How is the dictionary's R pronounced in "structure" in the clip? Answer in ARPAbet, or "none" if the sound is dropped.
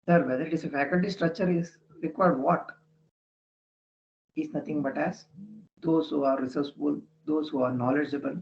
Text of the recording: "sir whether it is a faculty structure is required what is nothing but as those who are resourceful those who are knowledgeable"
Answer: R